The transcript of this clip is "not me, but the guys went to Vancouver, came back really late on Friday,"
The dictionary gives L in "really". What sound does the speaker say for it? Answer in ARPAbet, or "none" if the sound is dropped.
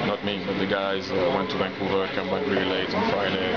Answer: none